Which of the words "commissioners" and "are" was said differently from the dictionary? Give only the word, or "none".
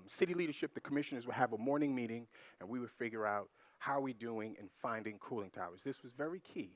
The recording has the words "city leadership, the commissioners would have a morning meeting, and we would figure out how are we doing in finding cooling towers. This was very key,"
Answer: none